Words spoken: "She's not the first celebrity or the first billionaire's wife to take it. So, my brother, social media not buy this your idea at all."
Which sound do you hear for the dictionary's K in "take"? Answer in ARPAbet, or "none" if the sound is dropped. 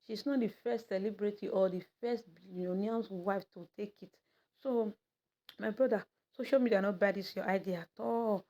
K